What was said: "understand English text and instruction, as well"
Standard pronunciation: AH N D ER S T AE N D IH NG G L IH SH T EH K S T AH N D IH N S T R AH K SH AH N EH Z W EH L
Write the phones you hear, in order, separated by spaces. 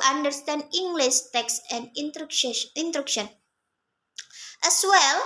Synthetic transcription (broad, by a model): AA N D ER S T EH N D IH NG G L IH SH T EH K S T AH N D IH N T R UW K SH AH N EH S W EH L